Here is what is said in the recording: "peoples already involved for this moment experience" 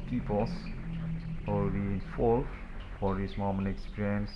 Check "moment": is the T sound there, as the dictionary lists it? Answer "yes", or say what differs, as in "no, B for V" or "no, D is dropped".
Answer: no, T is dropped